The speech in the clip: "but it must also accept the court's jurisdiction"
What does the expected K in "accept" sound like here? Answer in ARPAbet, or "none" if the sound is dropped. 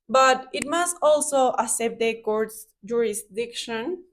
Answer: none